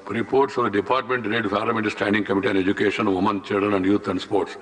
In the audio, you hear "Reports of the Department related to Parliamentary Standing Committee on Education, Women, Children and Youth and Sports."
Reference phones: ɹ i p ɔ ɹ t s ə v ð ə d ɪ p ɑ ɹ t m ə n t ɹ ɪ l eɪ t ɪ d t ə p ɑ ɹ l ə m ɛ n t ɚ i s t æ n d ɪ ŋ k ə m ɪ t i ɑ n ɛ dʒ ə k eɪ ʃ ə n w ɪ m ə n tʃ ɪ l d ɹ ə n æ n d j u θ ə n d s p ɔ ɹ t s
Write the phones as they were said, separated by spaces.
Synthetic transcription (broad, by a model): ɹ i p ɔ ɹ t s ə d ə d ɪ p ɑ ɹ t m ə n t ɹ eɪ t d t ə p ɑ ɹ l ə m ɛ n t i s t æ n d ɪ ŋ k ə m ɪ t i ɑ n ɛ dʒ ə k eɪ ʃ ə n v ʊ m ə n tʃ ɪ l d ɹ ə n æ n d j u t ə n d s p ɔ ɹ t s